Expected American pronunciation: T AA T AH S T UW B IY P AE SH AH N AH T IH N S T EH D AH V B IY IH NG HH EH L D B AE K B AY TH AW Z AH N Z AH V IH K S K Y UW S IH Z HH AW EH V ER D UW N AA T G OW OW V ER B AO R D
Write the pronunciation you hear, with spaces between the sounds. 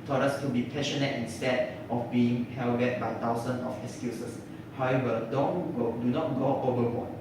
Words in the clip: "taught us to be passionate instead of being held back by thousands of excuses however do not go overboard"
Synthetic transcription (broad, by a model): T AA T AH S T UW B IY P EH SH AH N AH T IH N S T EH D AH F B IY IH NG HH EH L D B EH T B AY T AW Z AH N AH F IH K S K Y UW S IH S HH AW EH V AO D UW N AA T G OW OW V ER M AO